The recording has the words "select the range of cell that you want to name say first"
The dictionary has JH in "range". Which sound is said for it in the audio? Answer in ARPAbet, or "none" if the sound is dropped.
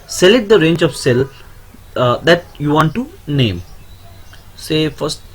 JH